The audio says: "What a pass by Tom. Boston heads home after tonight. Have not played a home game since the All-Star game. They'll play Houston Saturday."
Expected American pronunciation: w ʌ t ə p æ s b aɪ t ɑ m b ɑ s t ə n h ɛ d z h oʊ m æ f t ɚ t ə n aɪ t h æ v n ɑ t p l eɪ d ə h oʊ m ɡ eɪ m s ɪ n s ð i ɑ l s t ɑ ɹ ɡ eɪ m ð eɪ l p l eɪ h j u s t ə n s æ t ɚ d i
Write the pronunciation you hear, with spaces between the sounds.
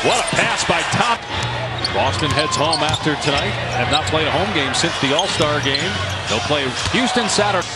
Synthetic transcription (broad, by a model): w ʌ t ə p æ s b aɪ t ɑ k b ɑ s t ə n h ɛ d z h oʊ m æ f t ɚ t ə n aɪ t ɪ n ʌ t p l eɪ ə h oʊ m ɡ eɪ m s ɪ n s ð i ɑ l s t ɑ ɹ ɡ eɪ m ð eɪ l p l eɪ h j u s t ə n s æ t ɚ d